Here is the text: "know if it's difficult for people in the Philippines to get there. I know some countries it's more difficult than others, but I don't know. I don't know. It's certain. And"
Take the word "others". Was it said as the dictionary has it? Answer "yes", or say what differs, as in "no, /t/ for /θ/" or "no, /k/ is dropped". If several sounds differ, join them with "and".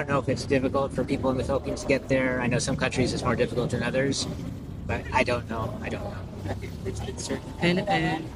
yes